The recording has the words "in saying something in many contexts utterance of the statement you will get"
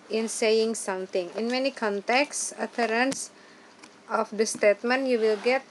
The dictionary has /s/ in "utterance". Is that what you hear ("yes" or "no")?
yes